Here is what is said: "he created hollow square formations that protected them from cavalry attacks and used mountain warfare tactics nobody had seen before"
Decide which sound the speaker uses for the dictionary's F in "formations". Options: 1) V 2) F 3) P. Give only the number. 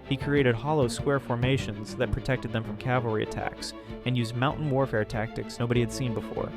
2